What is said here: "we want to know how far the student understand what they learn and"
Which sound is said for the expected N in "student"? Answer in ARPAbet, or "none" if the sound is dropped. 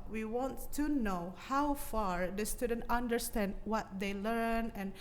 N